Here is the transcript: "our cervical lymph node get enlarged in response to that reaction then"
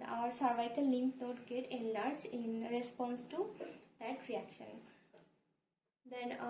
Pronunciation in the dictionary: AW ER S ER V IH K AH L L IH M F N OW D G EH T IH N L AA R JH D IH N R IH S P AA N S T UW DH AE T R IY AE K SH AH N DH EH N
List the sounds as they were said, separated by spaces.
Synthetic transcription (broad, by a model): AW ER S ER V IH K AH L L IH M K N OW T G EH T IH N L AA R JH IH N R IH S P AA N S T UW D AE T R IY AE K SH AH N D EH N